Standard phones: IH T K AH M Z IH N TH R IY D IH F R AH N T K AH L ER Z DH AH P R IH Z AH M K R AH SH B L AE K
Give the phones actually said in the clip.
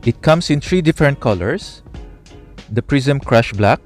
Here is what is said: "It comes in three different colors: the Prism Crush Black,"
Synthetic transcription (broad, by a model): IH T K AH M S IH N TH R IY D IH F R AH N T K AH L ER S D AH P R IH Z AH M K R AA SH B L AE K